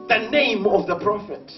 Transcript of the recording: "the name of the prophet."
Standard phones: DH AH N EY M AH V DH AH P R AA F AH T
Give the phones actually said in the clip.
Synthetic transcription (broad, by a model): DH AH N EY M AH V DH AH P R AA F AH T